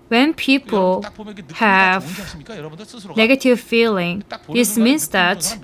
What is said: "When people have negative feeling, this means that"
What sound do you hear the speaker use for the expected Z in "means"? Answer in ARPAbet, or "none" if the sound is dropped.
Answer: S